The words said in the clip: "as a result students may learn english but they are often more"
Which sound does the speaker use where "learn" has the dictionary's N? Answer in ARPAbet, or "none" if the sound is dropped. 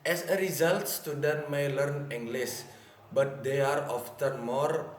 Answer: N